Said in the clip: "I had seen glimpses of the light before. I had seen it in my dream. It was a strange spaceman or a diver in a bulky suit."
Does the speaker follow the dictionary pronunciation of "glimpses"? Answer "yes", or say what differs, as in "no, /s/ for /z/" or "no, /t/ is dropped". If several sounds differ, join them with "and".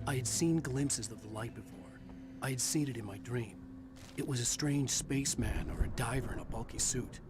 yes